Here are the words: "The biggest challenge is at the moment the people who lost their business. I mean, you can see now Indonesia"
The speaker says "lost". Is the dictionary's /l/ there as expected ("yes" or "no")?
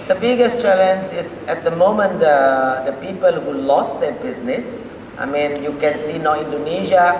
yes